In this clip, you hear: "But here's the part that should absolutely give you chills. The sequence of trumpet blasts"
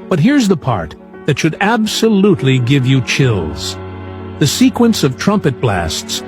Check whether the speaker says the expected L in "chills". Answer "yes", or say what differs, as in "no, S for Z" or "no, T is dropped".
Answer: yes